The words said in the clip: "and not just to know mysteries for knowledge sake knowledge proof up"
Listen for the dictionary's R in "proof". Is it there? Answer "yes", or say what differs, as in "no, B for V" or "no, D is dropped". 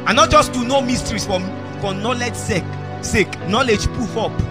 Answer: no, R is dropped